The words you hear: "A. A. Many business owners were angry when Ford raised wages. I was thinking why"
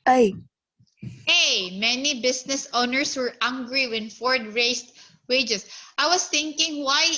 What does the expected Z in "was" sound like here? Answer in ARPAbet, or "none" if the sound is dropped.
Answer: S